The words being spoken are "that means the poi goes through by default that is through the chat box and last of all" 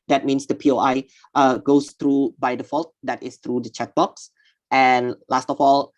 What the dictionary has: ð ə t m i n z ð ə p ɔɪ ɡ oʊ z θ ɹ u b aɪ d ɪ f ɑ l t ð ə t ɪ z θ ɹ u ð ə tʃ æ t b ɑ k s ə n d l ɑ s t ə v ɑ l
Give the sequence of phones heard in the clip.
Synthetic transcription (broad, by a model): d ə t m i n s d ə p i ɡ oʊ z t ɹ u b aɪ d ɪ f ɑ l t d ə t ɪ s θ ɹ u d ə tʃ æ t b ɑ k s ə n l ɑ s t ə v ɑ l